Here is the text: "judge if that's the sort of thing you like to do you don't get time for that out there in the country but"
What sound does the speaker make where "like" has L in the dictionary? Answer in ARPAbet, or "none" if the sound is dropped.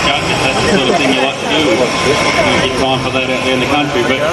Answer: L